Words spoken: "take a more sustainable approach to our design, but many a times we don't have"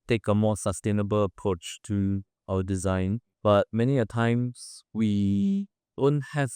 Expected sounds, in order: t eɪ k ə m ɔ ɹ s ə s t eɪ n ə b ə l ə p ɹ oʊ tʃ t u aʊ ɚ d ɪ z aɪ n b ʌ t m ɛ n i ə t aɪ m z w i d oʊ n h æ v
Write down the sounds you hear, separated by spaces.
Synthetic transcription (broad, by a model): t eɪ k ə m ɔ s ə s t eɪ n ə b ə l ə p ɹ oʊ tʃ t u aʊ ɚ d ɪ z aɪ n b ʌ t m ɛ n i ə t aɪ m s w i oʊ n h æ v